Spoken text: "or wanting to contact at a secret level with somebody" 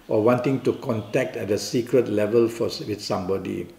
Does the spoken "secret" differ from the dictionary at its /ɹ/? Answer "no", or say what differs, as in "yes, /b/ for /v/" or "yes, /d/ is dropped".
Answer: no